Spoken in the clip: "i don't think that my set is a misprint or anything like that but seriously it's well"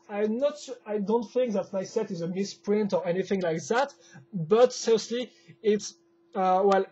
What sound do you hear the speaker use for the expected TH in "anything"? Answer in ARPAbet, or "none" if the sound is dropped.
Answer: TH